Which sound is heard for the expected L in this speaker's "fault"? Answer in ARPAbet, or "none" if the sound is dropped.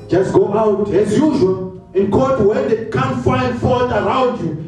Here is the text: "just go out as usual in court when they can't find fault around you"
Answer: none